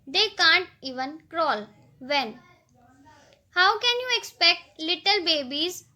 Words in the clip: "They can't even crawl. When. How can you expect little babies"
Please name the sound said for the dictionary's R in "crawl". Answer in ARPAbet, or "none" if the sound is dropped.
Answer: R